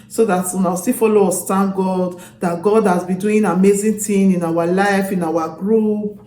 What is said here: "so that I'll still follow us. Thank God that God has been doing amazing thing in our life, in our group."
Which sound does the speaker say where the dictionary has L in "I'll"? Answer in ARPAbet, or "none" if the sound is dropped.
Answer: W